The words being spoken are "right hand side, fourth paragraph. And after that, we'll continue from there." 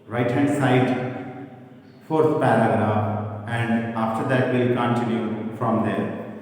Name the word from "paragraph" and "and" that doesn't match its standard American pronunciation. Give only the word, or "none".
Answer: paragraph